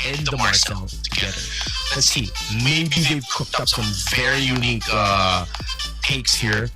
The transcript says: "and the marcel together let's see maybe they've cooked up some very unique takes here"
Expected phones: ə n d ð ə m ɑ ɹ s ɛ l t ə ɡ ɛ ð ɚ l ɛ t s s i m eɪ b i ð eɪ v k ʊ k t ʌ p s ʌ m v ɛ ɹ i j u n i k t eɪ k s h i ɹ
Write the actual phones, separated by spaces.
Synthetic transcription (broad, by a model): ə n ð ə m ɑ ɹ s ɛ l t ə ɡ ɛ ð ɚ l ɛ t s s i m eɪ b i ð eɪ v k ʊ k t ʌ p s ʌ m v ɛ ɹ i j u n i k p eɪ k s h i ɹ